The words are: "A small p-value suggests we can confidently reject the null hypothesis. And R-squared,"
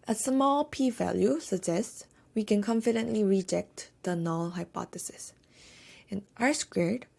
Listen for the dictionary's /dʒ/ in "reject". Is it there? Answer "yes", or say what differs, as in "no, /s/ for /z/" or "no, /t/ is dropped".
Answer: yes